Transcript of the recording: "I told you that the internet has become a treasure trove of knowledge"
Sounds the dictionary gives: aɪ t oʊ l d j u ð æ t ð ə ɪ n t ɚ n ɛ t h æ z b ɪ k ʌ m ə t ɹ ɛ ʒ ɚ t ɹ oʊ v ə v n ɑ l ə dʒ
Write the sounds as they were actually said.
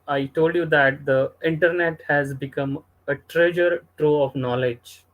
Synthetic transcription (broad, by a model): aɪ t oʊ l d j u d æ t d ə ɪ n t ɚ n ɛ t h æ z b ɪ k ʌ m ə t ɹ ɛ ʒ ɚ t ɹ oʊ ə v n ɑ l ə dʒ